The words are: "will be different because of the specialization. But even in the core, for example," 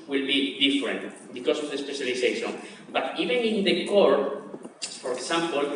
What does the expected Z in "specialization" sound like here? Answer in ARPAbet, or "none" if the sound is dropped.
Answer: S